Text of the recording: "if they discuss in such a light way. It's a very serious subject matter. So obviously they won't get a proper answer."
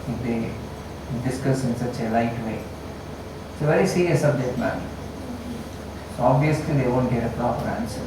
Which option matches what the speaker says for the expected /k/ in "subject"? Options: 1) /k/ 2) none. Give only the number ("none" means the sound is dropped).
2